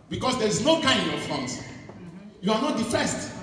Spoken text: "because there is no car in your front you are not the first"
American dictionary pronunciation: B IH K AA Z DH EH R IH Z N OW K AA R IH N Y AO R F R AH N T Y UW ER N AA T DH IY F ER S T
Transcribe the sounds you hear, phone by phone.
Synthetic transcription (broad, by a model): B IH K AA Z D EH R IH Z N OW K AA IH N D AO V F AO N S Y UW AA N AA T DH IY F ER S T